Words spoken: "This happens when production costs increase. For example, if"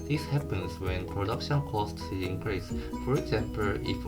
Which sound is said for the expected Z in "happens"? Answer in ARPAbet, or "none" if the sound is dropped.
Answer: S